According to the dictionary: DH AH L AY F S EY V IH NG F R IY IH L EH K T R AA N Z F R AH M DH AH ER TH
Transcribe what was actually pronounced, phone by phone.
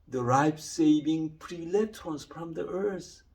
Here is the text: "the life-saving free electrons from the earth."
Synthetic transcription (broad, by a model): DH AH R AY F S EY V IH NG P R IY L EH T AA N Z F R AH M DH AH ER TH